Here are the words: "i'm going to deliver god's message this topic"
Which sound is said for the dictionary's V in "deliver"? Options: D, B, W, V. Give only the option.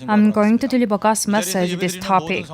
B